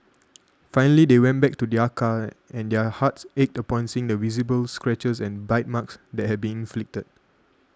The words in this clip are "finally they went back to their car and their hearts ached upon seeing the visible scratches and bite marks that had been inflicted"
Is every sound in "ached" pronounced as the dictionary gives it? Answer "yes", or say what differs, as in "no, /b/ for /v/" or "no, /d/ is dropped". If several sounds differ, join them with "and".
yes